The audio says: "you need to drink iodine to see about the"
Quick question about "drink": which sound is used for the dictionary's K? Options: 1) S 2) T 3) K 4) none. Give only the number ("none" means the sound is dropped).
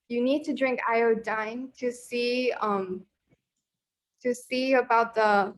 3